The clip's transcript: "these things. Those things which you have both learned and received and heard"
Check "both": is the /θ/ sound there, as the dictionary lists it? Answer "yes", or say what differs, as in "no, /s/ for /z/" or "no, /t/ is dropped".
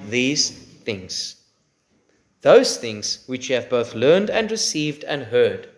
yes